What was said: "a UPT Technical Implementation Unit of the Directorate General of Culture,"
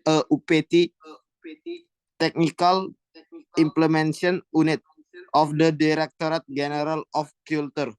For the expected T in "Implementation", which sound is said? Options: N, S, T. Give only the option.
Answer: S